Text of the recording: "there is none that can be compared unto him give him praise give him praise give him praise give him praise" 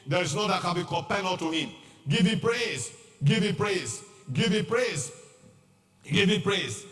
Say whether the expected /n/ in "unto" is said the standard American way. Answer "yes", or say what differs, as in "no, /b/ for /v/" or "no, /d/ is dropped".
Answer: no, /n/ is dropped